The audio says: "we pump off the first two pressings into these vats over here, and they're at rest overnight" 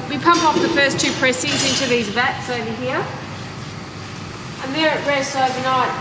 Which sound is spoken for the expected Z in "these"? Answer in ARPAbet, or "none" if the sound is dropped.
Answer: Z